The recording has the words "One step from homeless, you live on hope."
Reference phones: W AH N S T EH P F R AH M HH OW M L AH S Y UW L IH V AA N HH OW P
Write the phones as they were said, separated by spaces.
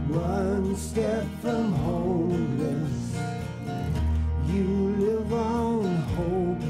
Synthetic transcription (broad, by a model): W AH N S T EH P F R AH M HH OW L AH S Y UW L IH V AA N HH OW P